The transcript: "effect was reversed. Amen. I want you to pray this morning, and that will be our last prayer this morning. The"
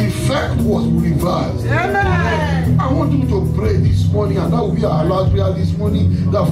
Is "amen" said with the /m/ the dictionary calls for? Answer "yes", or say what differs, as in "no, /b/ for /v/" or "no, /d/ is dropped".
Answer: no, /m/ is dropped